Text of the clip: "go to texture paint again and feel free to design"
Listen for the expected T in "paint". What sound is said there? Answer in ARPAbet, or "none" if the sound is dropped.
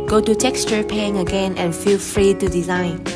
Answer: none